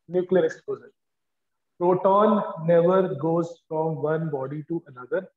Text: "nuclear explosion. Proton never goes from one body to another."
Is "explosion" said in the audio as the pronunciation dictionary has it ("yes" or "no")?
no